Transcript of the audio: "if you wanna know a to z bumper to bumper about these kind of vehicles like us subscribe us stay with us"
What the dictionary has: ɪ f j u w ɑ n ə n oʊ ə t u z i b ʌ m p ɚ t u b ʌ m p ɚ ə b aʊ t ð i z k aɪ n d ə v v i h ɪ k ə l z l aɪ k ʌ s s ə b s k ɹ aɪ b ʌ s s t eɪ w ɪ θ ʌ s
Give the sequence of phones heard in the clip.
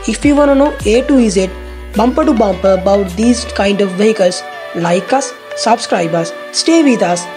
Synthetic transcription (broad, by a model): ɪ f j u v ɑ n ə n oʊ ə t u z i b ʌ m p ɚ t u b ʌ m p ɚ ə b aʊ t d i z k aɪ n d ə v v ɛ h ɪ k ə l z l aɪ k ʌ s s ə b s k ɹ aɪ b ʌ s s t eɪ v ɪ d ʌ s